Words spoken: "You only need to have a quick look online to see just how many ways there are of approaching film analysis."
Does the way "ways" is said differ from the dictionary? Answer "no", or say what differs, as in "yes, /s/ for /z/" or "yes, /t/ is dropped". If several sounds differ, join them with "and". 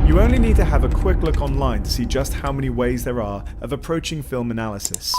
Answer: no